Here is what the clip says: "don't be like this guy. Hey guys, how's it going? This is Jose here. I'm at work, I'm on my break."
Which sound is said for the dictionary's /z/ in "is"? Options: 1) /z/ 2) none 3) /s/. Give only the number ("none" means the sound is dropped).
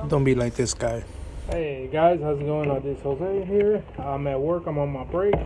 3